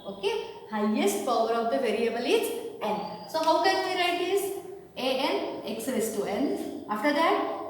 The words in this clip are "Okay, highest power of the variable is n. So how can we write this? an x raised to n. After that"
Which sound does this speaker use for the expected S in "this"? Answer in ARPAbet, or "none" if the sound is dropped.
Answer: none